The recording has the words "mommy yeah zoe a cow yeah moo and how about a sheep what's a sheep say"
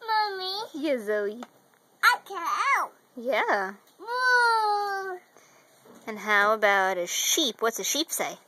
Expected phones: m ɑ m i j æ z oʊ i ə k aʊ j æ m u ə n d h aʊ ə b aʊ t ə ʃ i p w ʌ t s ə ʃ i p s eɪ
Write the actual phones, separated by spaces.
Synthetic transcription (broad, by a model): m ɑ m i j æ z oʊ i ə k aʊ j æ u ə n h aʊ ə b aʊ t ə ʃ i p w ʌ t s ə ʃ i p s eɪ